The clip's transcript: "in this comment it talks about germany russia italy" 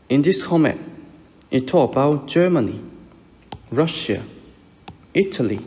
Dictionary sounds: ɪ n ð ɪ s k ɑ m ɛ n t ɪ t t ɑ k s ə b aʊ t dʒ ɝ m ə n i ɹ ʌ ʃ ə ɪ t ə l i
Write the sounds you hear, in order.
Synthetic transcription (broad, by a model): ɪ n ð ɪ s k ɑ m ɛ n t ɪ t t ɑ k ə b aʊ t dʒ ɝ m ə n i ɹ ʌ ʃ ə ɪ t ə l i